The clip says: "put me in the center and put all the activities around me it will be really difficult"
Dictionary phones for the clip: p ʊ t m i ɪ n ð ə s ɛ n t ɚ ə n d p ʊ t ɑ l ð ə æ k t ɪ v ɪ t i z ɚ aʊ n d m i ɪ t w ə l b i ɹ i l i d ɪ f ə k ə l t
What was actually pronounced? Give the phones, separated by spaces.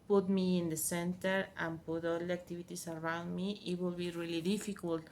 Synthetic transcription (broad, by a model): p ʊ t m i ɪ n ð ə s ɛ n t ɚ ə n p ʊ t ɑ l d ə k t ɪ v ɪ t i s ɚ aʊ n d m i ɪ t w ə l b i ɹ i l i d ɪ f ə k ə l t